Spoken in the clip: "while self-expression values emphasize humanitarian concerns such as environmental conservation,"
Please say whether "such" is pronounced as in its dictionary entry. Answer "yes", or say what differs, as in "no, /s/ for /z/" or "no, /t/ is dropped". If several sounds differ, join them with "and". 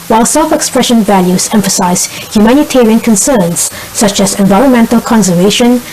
yes